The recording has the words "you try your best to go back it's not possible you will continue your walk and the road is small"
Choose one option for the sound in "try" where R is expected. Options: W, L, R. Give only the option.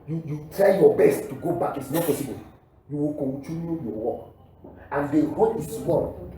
R